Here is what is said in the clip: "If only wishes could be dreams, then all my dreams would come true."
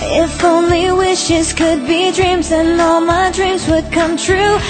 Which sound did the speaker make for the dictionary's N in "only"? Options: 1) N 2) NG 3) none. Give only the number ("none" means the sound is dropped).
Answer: 1